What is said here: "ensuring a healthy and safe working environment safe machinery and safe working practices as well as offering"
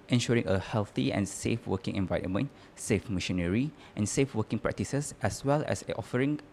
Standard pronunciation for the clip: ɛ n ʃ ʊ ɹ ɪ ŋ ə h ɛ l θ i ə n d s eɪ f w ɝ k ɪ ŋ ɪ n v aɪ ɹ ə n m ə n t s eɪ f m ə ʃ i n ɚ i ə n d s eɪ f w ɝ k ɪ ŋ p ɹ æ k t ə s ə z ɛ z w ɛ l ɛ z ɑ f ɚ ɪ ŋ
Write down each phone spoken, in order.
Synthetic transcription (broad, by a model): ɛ n ʃ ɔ ɹ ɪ ŋ ə h ɛ l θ i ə n s eɪ f w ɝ k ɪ ŋ ɪ n v aɪ ɹ ə n m ə n t s eɪ f m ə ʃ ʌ n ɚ i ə n s eɪ f w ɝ k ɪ ŋ p ɹ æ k t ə s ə s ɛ s w ɛ l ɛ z ɑ f ɚ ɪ ŋ